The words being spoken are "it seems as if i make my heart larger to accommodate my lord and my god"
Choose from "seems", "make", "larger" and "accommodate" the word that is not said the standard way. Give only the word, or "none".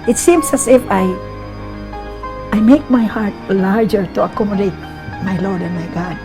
seems